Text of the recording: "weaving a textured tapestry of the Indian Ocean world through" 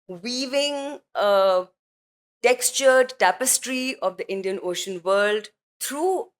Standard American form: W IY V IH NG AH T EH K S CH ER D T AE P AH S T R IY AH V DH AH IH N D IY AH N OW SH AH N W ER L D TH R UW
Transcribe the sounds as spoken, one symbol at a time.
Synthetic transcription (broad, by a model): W IY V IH NG AH T EH K S CH ER D T AE P AH S T R IY AH V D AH IH N D IY AH N OW SH AH N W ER L D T R UW